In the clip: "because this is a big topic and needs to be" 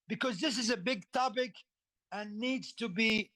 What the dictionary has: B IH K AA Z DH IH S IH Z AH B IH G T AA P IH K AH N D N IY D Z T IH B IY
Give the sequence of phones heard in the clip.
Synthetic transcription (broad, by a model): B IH K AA Z DH IH S IH Z AH B IH G T AA P IH K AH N N IY D Z T IH B IY